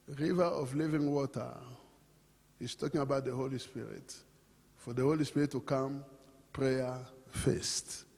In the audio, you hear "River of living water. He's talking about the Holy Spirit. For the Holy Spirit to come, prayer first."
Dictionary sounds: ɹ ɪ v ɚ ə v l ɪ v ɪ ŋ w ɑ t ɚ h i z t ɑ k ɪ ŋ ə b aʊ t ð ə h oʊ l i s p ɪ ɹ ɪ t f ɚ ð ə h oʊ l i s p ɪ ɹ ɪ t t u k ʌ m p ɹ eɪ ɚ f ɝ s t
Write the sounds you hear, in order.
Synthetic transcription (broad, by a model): ɹ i v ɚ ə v l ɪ v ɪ ŋ w ɑ t ɚ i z t ɑ k ɪ ŋ ə b aʊ t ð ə h oʊ l i s p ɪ ɹ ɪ t f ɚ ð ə h oʊ l i s p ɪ ɹ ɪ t t u k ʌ m p ɹ eɪ ɚ f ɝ s t